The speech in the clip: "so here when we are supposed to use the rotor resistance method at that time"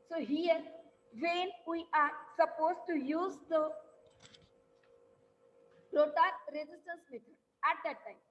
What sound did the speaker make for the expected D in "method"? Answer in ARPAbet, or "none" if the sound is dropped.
none